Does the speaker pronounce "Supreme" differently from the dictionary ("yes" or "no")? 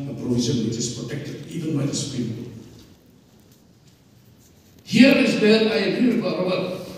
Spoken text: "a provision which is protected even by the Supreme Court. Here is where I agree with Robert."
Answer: yes